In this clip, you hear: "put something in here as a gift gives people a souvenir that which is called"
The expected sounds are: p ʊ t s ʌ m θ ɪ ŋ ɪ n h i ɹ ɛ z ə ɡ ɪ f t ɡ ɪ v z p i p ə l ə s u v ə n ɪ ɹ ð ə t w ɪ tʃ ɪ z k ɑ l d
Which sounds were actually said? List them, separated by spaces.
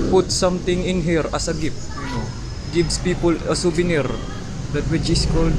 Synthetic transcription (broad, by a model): p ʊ t s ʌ m t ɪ ŋ ɪ n h i ɹ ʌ s ə ɡ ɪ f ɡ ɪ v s p i p ə l ə s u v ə n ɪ ɹ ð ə t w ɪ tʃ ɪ s k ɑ l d